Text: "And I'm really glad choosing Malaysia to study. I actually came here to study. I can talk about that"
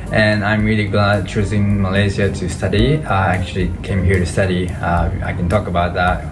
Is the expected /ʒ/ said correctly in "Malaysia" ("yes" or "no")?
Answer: no